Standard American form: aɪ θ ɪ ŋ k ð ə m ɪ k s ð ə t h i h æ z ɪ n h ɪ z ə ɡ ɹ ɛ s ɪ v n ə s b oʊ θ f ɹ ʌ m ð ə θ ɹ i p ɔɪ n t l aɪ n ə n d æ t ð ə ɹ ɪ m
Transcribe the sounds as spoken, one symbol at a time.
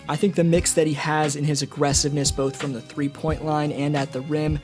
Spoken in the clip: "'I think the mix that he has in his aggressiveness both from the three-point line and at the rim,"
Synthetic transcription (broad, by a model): aɪ θ ɪ ŋ k ð ə m ɪ k s ð ə t h i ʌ z ɪ n ɪ z ə ɡ ɹ ɛ s ɪ v n ə s b oʊ θ f ɹ ʌ m ð ə θ ɹ i p ɔɪ n t l aɪ n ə n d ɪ t ð ə ɹ ɪ m